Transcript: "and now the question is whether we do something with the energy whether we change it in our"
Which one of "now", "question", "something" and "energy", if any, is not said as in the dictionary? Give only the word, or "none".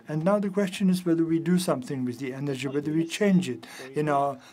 none